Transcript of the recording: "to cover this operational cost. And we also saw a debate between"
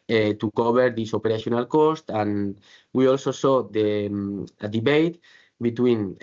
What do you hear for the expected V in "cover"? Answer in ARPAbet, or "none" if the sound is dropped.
B